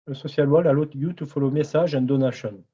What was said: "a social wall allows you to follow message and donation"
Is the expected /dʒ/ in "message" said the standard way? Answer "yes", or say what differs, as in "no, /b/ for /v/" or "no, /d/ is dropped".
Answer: no, /ʒ/ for /dʒ/